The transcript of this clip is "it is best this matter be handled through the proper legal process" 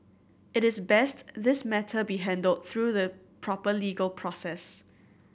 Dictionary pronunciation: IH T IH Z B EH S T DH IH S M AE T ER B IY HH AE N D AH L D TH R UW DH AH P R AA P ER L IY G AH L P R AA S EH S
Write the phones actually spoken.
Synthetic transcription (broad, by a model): IH T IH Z B EH S T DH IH S M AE T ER B IY HH AE N D AH L D TH R UW DH AH P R AA P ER L IY G AH L P R AA S EH S